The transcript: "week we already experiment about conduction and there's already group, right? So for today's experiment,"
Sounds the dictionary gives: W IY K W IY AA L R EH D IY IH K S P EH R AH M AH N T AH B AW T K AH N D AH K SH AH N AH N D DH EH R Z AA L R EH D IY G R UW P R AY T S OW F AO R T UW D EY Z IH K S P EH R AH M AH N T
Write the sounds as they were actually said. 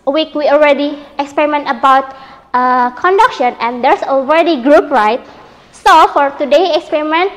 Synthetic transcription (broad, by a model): W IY K W IY AA L R EH D IY IH K S P EH R AH M AH N T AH B AW T K AH N D AH K SH AH N AH N D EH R S AA L R EH D IY G R UW P R AY T S OW F AO R T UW D EY IH K S P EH R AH M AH N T